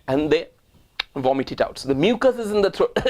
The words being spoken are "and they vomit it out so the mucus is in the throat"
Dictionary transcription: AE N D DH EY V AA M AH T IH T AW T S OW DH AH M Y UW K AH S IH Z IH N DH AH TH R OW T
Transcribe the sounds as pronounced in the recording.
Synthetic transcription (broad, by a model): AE N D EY V AA M AH T IH T AW T S OW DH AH M Y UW K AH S IH Z IH N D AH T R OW